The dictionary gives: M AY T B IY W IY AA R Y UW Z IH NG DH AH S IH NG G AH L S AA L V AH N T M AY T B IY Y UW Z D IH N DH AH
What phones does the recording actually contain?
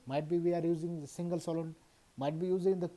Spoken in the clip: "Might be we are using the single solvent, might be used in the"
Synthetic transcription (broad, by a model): M AY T B IY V IY AA R Y UW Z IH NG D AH S IH NG G AH L S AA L AH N M AY T B IY Y UW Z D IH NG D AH